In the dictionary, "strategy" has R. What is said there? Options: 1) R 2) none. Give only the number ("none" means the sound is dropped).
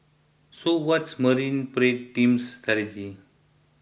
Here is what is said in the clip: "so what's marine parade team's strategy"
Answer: 2